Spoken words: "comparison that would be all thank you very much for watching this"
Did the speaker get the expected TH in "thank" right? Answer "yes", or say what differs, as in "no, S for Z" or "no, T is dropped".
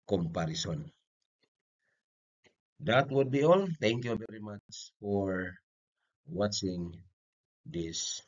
no, T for TH